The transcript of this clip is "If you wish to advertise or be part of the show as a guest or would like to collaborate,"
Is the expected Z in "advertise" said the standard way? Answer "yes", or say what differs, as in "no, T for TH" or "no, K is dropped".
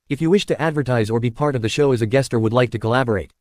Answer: yes